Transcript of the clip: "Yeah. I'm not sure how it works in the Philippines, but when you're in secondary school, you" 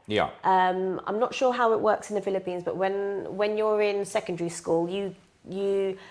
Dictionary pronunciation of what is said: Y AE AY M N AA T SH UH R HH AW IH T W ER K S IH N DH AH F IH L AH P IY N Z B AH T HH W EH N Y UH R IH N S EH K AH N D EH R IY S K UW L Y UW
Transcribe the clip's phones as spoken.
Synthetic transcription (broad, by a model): Y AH AY M N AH T SH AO HH AW IH T W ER K S IH N DH AH F IH L AH P IY N Z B AH T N W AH N Y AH R IH N S EH K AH N D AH R IY S K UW L Y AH